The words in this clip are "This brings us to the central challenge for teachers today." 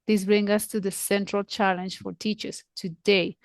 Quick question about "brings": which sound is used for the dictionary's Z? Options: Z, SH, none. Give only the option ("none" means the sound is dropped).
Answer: none